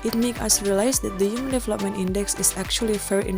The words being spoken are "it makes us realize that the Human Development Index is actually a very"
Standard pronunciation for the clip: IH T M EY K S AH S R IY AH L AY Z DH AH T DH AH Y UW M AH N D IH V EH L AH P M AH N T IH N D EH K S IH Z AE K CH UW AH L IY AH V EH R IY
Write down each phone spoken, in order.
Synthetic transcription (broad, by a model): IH T M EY K AH S R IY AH L AY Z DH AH T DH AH Y UW M AH N D IH V EH L AH P M AH N T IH N D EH K S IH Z AE K CH UW AH L IY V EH R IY